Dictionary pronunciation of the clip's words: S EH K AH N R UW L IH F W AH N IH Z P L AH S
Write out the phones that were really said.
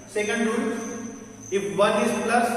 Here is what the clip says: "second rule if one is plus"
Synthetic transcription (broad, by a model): S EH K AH N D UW N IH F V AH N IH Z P L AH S